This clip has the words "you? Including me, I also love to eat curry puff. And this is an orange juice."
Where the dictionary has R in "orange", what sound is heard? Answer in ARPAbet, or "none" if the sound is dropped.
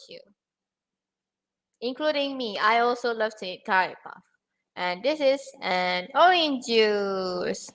none